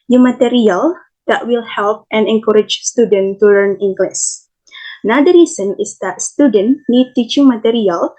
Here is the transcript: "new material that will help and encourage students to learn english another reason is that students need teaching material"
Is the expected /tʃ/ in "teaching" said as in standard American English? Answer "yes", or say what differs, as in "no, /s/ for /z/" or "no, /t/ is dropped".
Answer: yes